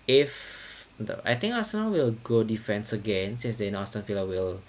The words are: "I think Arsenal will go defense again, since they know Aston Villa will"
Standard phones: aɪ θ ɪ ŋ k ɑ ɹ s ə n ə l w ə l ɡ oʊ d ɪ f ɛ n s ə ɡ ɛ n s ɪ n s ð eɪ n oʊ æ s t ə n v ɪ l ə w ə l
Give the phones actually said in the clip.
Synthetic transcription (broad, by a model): aɪ t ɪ ŋ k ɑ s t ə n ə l w ə l ɡ oʊ d ɪ f ɛ n s ə ɡ ɛ n s ɪ n s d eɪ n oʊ s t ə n f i l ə w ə l